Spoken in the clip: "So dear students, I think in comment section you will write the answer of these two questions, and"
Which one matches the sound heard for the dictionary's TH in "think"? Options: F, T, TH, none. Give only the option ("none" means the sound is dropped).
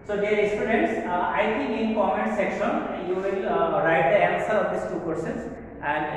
T